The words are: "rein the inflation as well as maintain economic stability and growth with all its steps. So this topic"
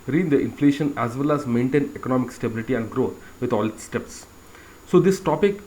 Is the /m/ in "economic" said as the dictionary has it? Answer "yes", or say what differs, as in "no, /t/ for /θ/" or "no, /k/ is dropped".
yes